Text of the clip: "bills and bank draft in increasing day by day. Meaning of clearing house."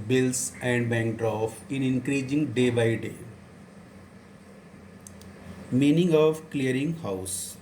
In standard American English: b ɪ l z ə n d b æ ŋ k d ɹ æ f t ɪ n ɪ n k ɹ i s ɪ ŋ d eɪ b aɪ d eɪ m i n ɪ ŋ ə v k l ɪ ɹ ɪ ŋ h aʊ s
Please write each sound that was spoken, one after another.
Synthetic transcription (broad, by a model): b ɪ l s ə n d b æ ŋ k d ɹ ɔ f ɪ n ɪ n k ɹ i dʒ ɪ ŋ d eɪ b aɪ d eɪ m i n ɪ ŋ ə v k l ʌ ɹ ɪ ŋ h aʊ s